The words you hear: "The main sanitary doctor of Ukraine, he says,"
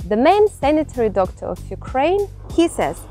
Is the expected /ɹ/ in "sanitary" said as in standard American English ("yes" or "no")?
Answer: yes